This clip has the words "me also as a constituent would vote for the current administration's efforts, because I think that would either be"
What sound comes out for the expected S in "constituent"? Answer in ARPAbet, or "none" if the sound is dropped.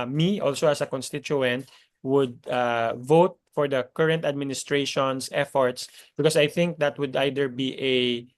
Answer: S